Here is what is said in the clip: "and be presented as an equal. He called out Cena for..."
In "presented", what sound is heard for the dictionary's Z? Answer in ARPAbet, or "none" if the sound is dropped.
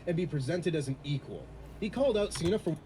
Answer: Z